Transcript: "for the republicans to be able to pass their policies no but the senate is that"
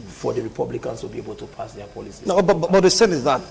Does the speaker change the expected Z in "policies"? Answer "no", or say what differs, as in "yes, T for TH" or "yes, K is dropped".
yes, Z is dropped